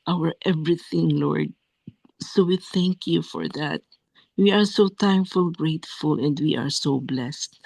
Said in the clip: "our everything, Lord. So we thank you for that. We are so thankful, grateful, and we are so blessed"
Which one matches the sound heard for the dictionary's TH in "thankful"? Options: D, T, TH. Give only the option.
T